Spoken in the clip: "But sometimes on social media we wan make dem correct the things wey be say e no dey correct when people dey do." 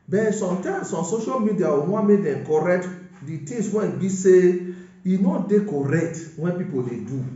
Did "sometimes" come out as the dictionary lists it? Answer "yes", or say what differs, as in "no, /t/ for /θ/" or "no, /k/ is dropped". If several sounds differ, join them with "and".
no, /s/ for /z/